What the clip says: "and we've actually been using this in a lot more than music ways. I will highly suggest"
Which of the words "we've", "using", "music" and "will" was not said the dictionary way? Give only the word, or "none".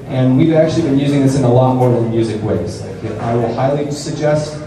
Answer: none